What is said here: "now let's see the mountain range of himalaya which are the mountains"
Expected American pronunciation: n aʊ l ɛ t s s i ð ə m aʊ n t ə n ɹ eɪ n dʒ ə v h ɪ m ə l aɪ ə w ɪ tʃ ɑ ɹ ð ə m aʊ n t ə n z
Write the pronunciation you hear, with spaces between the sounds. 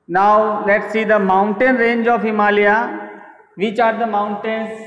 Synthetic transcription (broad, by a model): n aʊ l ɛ t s s i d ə m aʊ n t ə n ɹ eɪ n dʒ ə f h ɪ m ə l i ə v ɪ tʃ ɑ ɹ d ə m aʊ n t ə n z